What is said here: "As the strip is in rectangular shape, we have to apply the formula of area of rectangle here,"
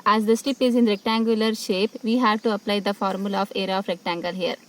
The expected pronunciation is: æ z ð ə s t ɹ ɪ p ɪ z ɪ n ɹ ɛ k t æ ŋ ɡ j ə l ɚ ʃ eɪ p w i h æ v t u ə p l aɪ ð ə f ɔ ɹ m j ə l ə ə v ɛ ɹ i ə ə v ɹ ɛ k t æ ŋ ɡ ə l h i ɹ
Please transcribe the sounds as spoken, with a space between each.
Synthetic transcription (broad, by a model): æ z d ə s t ɪ p ɪ z ɪ n ɹ ɛ k t æ ŋ ɡ j ə l ɚ ʃ eɪ p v i h æ v t u ə p l aɪ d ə f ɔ ɹ m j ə l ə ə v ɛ ɹ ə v ɹ ɛ k t æ ŋ ɡ ə l h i ɹ